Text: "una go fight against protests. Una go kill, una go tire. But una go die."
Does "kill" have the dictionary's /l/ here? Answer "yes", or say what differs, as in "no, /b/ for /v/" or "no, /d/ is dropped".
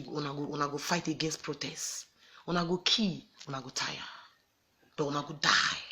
no, /w/ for /l/